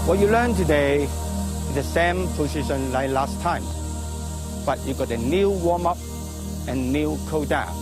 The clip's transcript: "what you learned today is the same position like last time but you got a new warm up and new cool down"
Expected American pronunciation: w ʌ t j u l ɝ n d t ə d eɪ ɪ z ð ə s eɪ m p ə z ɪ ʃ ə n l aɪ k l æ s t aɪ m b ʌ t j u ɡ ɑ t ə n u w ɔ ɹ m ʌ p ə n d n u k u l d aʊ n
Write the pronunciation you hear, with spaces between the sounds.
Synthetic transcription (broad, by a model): w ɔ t j u l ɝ n t ə d eɪ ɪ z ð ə s eɪ m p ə s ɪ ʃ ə n l aɪ k l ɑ s t aɪ m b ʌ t j u ɡ ɑ t ə n u w ɔ m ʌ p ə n n u k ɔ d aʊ